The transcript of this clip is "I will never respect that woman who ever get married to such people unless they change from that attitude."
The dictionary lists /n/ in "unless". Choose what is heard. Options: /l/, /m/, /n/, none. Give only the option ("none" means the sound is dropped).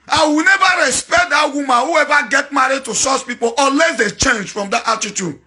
none